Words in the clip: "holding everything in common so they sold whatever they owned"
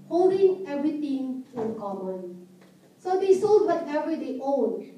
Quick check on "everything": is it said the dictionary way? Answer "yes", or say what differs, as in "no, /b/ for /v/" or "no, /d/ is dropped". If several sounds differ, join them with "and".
no, /t/ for /θ/